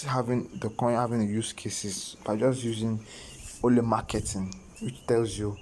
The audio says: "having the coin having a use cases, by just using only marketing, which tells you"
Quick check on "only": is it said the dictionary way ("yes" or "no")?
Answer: no